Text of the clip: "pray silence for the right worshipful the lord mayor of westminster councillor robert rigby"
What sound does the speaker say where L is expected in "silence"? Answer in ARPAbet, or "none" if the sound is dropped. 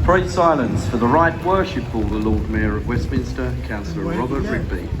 L